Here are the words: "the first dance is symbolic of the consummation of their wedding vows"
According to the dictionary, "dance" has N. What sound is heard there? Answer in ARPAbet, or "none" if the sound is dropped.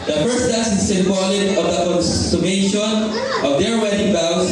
none